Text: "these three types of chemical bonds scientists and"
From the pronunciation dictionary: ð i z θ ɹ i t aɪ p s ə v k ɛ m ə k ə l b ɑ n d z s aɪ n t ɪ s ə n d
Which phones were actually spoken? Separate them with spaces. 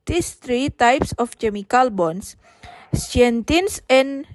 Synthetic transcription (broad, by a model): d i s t ɹ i t aɪ p s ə f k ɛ m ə k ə l b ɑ n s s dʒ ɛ n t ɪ s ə n